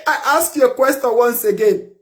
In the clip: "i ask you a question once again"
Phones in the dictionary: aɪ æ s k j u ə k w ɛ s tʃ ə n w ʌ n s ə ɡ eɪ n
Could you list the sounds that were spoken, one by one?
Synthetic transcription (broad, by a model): aɪ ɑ s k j ə k w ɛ s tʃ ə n w ʌ n s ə ɡ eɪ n